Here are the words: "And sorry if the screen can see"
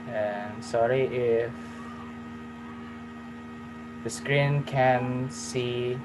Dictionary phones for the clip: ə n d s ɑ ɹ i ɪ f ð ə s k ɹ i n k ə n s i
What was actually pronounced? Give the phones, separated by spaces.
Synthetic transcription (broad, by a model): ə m s ɑ ɹ i ɪ f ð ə s k ɹ i n k ə n s i